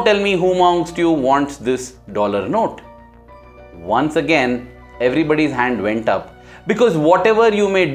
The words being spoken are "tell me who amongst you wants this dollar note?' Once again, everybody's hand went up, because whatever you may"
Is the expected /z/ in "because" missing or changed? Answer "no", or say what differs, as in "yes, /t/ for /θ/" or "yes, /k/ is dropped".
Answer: no